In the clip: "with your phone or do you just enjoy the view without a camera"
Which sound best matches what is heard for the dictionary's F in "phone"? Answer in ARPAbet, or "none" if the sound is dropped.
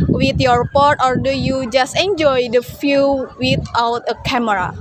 P